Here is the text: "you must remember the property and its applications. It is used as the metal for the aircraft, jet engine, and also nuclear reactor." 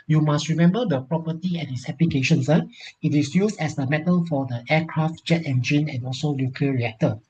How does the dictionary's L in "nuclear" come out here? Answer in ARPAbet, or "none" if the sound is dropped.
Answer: none